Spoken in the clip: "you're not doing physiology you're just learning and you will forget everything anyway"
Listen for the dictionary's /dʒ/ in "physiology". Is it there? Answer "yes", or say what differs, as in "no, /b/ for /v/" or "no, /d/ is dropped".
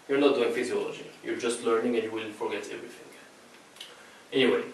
yes